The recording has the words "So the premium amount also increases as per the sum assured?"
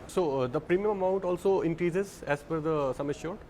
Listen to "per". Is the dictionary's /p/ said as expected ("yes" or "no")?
no